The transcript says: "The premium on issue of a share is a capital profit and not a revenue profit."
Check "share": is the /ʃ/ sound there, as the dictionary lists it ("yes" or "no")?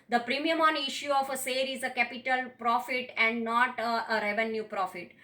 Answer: no